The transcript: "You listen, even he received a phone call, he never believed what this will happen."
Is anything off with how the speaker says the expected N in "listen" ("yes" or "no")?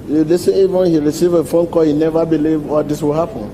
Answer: yes